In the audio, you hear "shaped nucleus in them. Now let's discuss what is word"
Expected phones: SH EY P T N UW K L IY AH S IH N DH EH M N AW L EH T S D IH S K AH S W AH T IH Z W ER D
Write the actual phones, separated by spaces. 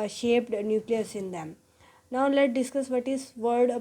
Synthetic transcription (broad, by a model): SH EY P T N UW K L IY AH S IH N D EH M N AW L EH T D IH S K AH S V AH T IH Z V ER D